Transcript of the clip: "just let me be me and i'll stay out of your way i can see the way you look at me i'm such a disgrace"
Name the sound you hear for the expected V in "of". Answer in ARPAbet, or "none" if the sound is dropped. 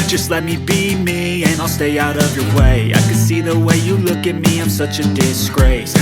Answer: V